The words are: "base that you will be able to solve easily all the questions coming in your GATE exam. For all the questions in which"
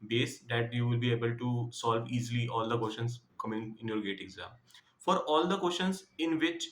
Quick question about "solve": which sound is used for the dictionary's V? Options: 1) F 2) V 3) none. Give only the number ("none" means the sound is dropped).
2